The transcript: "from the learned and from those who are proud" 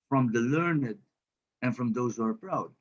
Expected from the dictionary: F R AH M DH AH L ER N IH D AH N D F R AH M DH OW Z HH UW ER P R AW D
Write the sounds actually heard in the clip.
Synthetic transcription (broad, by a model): F R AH M DH AH L ER N IH D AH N F R AH M DH OW Z HH UW ER P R AW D